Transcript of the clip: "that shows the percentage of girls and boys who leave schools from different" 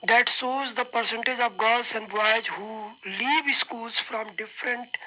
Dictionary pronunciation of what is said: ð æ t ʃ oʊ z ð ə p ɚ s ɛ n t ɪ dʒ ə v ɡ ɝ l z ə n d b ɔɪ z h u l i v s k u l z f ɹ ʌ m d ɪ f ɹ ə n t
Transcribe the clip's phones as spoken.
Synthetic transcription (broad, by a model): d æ t s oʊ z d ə p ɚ s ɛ n t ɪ dʒ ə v ɡ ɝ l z ə n d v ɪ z h u l i v s k u l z f ɹ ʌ m d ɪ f ɹ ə n t